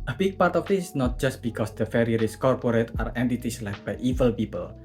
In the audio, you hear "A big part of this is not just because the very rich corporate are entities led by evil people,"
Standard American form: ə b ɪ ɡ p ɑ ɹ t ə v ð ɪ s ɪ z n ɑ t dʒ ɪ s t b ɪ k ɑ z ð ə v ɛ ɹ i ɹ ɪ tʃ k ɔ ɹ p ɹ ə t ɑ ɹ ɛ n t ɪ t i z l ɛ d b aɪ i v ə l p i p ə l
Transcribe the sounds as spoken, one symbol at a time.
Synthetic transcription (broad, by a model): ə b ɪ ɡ p ɑ ɹ t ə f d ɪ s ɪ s n ɑ t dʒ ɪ s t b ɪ k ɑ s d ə f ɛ ɹ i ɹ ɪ s k ɔ ɹ p ɹ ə t ɑ ɹ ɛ n t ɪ t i s l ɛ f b aɪ i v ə l p i p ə l